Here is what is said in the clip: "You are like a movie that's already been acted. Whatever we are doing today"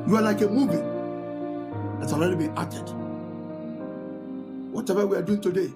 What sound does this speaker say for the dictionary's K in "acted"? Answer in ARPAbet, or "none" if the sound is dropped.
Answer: none